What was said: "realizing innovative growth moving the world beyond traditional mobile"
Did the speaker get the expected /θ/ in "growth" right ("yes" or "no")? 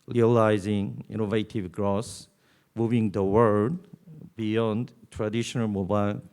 no